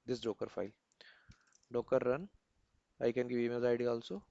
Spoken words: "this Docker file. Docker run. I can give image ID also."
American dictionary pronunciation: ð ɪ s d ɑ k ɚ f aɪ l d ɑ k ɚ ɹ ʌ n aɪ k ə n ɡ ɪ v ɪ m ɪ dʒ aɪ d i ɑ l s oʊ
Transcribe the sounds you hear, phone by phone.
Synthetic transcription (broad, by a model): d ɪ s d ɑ k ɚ f aɪ l d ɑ k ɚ ɹ ʌ n aɪ k ə n ɡ ɪ v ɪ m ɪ z aɪ d i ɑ l s oʊ